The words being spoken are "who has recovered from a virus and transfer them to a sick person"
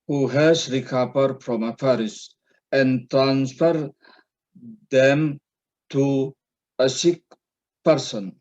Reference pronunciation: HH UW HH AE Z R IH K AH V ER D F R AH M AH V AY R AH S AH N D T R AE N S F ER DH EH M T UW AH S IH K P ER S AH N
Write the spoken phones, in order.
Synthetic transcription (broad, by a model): HH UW HH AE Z R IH K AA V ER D F R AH M AH F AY R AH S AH N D T R AE N S F ER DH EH M T UW AH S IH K P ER S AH N